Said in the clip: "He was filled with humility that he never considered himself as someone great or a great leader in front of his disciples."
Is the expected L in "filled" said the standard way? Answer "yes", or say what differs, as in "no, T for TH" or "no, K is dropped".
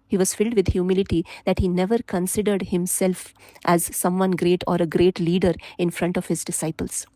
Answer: yes